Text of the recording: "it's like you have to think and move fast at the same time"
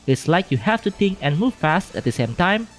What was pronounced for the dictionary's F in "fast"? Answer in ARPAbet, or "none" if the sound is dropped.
F